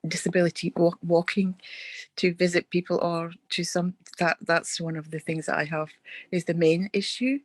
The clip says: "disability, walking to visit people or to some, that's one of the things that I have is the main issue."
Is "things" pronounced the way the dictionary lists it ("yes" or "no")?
yes